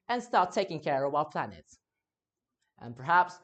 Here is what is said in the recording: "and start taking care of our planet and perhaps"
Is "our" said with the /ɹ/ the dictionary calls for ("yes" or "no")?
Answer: no